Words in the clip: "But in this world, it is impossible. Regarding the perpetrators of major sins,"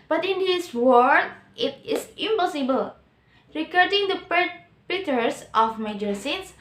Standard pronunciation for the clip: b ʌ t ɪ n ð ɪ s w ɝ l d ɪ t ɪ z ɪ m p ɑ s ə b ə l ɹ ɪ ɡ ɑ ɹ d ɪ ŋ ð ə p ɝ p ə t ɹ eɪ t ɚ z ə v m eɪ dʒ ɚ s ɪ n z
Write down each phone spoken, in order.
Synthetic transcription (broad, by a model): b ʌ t ɪ n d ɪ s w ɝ d ɪ t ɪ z ɪ m p ɑ s ə b ə l ɹ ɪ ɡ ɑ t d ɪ ŋ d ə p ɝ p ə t ʌ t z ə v m eɪ dʒ ɚ s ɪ n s